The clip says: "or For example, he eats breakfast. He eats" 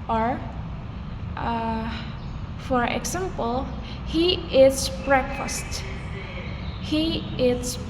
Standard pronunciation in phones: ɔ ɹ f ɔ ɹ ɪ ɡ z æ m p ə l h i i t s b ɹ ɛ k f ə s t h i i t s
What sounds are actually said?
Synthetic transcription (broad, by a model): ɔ ɹ f ɔ ɹ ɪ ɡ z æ m p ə l h i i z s b ɹ ɛ k f ə s t h i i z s